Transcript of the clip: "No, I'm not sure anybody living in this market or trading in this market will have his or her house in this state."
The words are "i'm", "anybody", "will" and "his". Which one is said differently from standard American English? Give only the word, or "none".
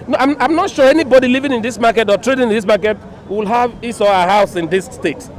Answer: his